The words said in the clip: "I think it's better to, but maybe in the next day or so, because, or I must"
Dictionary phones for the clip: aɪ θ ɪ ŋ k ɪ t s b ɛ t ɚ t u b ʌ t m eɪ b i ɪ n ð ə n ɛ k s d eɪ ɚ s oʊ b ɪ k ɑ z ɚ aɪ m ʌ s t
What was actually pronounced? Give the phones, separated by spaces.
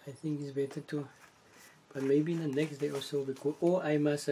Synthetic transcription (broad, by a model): aɪ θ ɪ ŋ k ɪ t s b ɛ t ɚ t u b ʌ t m eɪ b i ɪ n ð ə n ɛ k s d eɪ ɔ s oʊ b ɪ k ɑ ɔ aɪ m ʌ s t